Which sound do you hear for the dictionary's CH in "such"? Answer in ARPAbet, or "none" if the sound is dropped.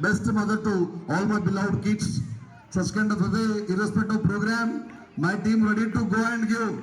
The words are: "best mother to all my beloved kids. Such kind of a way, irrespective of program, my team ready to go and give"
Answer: S